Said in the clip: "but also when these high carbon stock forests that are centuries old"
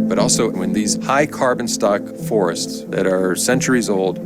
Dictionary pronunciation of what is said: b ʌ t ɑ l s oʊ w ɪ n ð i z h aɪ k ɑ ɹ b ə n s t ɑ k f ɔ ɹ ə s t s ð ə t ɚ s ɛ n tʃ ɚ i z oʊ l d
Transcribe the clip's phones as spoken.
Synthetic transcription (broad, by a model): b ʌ t ɑ l s oʊ w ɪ n ð i z h aɪ k ɑ ɹ b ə n s t ɑ k f ɔ ɹ ə s t s ð ə t ɚ s ɛ n tʃ ɚ i z oʊ l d